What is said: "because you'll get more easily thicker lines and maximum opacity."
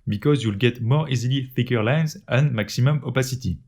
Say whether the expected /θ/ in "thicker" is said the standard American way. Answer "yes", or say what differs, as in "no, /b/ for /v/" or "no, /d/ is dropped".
no, /f/ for /θ/